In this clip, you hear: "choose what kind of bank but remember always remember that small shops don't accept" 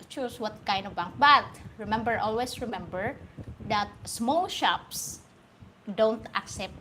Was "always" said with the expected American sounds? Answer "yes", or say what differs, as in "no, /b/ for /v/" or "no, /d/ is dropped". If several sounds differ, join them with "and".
no, /s/ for /z/